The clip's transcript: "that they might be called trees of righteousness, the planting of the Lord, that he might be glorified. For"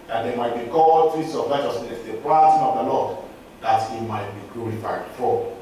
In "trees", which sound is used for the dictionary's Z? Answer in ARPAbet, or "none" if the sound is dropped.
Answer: S